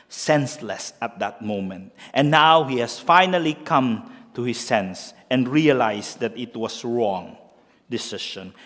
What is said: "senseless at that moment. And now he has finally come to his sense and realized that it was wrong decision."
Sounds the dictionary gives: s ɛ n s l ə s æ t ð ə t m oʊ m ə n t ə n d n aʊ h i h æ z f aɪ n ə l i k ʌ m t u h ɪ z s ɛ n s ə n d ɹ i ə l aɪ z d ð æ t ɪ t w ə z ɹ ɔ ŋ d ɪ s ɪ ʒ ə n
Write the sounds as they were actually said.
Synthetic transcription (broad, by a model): s ɛ n s l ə s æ t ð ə t m oʊ m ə n t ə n n aʊ h i h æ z f aɪ n ə l i k ʌ m t u h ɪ s ɛ n s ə n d ɹ i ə l aɪ s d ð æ t ɪ t w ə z ɹ ɔ ŋ d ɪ s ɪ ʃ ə n